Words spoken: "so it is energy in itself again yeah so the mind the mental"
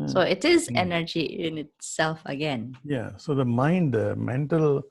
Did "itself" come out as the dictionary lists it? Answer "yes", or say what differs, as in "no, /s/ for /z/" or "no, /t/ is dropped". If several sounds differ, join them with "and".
yes